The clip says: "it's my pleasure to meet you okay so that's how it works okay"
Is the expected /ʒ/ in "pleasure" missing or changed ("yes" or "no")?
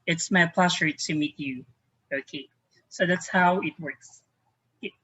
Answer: yes